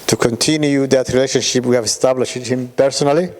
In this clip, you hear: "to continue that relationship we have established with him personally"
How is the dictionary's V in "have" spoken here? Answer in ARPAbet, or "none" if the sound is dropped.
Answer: V